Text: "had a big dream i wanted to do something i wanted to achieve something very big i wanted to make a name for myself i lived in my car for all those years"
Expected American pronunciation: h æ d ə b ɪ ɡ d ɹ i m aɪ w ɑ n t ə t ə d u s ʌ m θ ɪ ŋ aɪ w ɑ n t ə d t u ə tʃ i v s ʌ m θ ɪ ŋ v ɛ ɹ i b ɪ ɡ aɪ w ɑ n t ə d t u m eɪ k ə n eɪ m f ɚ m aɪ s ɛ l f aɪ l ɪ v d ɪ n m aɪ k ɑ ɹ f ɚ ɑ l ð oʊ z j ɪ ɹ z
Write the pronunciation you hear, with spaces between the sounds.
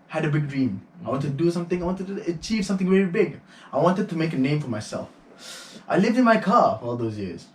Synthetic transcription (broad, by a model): h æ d ə b ɪ ɡ d ɹ i m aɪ w ɑ n t ə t d u s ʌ m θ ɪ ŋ aɪ w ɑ n t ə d t u ə tʃ i v s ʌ m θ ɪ ŋ v ɛ ɹ i b ɪ ɡ aɪ w ɑ n t ə d t u m eɪ k ə n eɪ m f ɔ m aɪ s ɛ l f aɪ l ɪ v d ɪ n m aɪ k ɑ f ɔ ɑ l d oʊ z j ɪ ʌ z